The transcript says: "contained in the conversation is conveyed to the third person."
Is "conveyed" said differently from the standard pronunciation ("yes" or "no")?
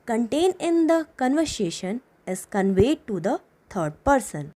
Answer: no